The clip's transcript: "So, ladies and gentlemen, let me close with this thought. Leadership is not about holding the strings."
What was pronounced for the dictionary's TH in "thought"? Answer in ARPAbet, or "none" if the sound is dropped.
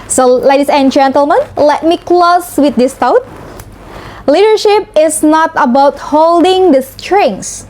T